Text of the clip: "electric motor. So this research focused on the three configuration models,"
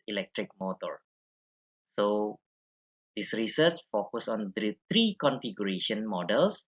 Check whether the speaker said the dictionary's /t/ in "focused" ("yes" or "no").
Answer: no